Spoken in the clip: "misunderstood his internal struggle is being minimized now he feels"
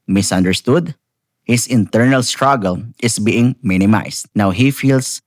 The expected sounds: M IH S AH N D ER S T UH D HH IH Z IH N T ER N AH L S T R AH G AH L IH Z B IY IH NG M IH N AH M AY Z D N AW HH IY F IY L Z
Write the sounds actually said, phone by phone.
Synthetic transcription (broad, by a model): M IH S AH N D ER S T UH D HH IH S IH N T ER N AH L S T R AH G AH L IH S B IY IH NG M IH N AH M AY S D N AW HH IY F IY L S